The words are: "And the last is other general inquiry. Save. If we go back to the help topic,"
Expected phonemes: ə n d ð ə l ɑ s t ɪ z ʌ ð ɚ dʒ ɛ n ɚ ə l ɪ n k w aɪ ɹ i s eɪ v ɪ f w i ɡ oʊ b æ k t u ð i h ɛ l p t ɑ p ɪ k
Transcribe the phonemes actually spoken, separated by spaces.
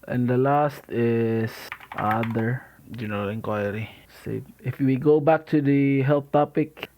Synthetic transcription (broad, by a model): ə n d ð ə l ɑ s t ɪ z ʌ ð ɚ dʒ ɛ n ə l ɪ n k w aɪ ɹ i s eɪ ɪ f w i ɡ oʊ b æ k t u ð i h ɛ l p t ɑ p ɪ k